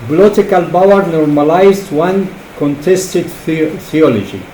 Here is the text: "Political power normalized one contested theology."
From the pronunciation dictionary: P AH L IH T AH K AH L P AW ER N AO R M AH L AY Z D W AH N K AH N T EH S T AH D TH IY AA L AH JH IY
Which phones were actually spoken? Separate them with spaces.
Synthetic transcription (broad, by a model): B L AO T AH K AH L B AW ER N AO R M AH L AY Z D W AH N K AH N T EH S T AH D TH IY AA L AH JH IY